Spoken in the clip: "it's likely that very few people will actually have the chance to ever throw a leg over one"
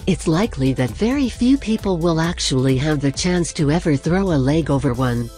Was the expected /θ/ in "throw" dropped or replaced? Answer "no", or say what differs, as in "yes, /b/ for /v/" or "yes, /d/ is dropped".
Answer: no